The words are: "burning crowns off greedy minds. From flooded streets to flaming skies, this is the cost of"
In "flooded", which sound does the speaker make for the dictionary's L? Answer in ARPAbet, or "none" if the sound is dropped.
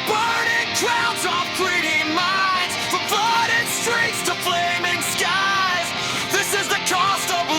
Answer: none